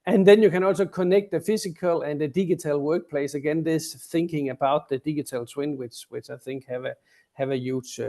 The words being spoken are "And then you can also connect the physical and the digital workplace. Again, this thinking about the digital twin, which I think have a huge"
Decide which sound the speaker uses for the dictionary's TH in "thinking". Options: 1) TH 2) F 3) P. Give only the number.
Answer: 1